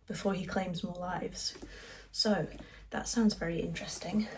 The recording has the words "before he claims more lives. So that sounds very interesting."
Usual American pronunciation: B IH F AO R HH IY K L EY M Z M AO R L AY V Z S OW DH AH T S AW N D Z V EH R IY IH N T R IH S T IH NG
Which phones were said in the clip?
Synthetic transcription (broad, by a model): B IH F AO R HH IY K L EY M Z M AO L AY V Z S OW DH AH T S AW N D Z V EH R IY IH N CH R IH S T IH NG